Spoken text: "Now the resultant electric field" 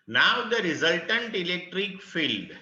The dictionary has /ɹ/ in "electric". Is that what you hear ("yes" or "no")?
yes